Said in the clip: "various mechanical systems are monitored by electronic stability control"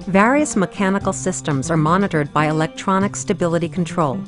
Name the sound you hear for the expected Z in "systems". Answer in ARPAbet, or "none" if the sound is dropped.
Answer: Z